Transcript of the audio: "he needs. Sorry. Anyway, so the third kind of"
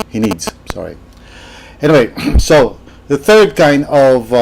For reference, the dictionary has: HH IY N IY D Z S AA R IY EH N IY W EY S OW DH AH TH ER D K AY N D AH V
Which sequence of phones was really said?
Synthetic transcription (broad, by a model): HH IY N IY D Z S AA R IY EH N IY W EY S OW DH AH TH ER D K AY N D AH V